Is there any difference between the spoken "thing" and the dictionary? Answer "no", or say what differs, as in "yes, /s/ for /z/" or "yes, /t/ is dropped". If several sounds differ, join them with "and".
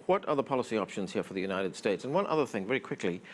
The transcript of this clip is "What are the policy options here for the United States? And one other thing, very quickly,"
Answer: no